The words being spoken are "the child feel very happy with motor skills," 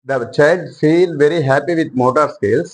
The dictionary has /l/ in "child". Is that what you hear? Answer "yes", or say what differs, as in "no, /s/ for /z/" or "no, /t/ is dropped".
no, /l/ is dropped